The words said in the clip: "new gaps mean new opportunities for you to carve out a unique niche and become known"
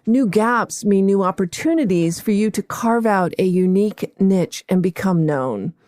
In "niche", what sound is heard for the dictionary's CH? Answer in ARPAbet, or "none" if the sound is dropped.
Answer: CH